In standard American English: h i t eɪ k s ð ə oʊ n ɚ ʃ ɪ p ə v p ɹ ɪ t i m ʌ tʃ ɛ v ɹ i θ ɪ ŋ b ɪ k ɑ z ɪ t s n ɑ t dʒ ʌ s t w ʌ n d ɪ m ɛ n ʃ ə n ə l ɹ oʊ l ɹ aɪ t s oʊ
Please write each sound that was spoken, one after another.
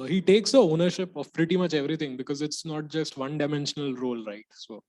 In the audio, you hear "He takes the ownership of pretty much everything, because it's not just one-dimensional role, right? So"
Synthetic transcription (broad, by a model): h i t eɪ k s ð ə oʊ n ɚ ʃ ɪ p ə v p ɹ ɪ t i m ʌ tʃ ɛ v ɹ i t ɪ ŋ b ɪ k ɑ z ɪ t s n ɑ t dʒ ʌ s t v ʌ n d ɪ m ɛ n ʃ ə n ə l ɹ oʊ l ɹ aɪ t s oʊ